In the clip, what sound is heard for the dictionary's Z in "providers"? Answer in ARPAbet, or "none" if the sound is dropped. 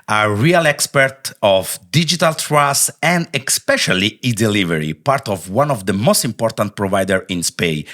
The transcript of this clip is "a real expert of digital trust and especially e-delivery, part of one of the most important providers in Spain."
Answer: none